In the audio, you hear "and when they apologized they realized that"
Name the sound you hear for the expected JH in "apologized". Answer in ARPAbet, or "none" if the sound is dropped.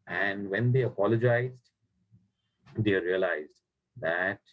JH